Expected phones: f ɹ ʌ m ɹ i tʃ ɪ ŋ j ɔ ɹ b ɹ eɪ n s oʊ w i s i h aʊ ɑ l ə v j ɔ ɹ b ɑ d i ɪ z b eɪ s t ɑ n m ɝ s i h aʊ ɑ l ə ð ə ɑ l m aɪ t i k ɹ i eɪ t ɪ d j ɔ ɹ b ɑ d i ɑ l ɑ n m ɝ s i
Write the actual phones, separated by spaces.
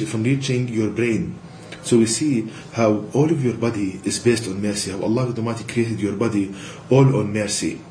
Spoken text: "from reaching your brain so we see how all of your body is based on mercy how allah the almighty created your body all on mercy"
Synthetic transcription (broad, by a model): f ɹ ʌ m ɹ i tʃ ɪ ŋ j ɔ ɹ b ɹ eɪ n s oʊ w i s i h aʊ ɑ l ə v j ɔ ɹ b ɑ d i ɪ z b eɪ s t ɑ n m ɝ s i h aʊ ɑ l ə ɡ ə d m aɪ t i k ɹ i eɪ t ɪ d j ɔ ɹ b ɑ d i ɑ l ɑ n m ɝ s i